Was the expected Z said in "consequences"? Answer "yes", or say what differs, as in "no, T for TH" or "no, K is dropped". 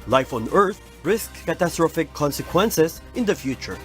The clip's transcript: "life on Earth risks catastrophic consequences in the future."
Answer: no, S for Z